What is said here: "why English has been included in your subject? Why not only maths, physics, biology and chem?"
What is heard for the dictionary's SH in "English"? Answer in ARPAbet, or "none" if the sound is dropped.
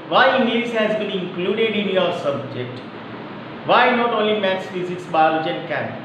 S